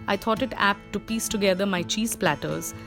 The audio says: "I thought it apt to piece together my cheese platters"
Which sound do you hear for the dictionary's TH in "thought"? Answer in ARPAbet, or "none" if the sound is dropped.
T